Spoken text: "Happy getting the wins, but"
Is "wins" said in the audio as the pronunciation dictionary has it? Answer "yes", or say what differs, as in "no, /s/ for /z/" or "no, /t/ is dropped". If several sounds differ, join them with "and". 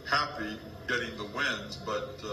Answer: yes